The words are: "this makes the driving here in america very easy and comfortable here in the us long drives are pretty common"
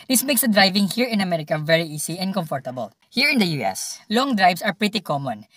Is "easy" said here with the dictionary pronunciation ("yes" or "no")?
no